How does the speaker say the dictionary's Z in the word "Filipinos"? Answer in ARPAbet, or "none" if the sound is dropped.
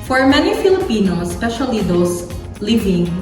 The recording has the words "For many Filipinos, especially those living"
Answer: none